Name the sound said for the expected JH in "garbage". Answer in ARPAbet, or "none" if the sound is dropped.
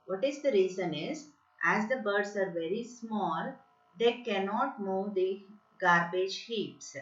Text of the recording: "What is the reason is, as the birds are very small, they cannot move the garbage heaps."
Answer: JH